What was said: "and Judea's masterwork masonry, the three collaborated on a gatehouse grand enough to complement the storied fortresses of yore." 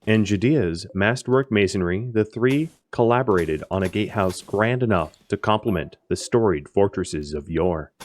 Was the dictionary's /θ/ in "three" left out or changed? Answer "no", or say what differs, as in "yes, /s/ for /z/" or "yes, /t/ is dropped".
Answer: no